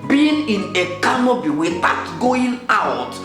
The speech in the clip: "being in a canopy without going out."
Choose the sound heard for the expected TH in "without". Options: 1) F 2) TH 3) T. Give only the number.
3